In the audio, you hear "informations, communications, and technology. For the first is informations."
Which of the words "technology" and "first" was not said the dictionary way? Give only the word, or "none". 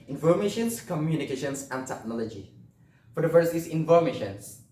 first